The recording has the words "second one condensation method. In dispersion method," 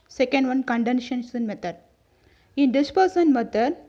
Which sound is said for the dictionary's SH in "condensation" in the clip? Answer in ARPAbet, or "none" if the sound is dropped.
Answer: S